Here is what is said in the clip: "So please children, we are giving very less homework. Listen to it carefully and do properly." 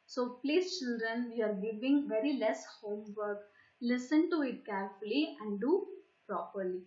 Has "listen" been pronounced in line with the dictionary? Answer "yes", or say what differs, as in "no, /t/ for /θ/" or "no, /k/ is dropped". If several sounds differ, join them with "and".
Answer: yes